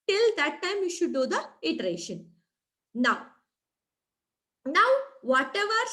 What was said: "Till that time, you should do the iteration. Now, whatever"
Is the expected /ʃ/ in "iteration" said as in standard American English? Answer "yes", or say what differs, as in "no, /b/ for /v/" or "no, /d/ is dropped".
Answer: yes